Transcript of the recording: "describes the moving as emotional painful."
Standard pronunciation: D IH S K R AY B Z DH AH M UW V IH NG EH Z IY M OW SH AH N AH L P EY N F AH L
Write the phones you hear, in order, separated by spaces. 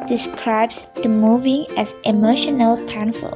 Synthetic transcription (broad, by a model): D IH S K R AY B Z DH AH M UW V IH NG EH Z IY M OW SH AH N AH L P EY N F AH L